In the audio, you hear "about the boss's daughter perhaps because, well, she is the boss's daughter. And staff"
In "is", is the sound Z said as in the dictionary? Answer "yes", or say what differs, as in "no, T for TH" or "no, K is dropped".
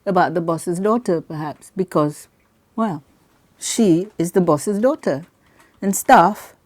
yes